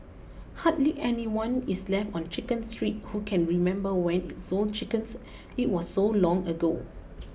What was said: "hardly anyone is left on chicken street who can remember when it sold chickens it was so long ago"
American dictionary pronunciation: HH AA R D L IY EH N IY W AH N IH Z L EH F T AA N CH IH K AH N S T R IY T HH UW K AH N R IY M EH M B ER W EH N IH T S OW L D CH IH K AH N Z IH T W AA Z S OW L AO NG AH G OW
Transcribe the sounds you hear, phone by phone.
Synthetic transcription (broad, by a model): HH AA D L IY EH N IY W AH N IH S L EH F T AA N CH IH K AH N S T R IY T HH UW K AH N R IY M EH M B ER W EH N IH T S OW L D CH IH K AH N S IH T W AA S OW L AO NG AH G OW